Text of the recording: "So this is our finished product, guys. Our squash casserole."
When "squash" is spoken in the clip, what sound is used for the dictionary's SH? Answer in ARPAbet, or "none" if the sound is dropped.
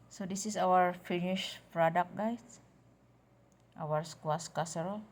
S